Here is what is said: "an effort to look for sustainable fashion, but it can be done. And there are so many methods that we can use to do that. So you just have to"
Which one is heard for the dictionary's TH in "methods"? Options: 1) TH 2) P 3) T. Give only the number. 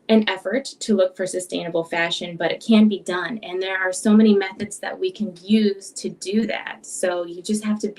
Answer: 1